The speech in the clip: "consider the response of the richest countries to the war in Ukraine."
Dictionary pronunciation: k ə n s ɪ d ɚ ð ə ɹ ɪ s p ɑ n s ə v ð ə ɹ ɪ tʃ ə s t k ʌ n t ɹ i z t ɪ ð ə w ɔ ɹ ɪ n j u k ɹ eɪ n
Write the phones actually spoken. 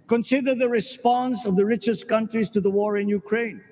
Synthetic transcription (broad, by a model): k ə n s ɪ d ɚ ð ə ɹ ɪ s p ɑ n s ə v ð ə ɹ ɪ tʃ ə s k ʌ n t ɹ i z t ɪ ð ə w ɔ ɹ ɪ n j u k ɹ eɪ n